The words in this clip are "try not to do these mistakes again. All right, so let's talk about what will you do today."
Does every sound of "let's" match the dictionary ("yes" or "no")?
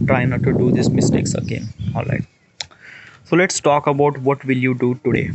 yes